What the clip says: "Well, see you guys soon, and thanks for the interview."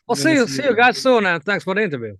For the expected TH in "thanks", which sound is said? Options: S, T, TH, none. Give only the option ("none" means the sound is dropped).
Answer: TH